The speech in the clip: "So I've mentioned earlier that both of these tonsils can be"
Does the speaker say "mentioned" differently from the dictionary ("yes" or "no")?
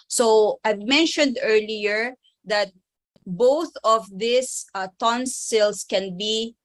no